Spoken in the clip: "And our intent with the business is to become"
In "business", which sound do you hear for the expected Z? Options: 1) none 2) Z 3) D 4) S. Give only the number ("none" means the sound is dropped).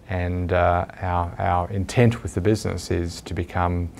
2